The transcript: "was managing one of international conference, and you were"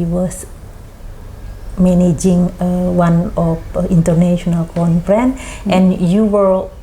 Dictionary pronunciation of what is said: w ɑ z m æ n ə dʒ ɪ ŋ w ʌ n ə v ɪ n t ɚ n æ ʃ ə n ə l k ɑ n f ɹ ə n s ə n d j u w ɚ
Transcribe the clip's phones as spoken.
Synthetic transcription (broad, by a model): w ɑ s m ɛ n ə dʒ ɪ ŋ w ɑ n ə f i n t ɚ n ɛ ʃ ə n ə l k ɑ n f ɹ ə n ə n j u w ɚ